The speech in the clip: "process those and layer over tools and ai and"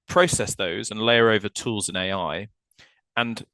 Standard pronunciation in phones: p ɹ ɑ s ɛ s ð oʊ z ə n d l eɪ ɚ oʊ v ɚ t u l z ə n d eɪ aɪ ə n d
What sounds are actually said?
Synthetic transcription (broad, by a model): p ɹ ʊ s ɛ s ð oʊ z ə n l eɪ ɚ oʊ v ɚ t u l z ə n eɪ aɪ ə n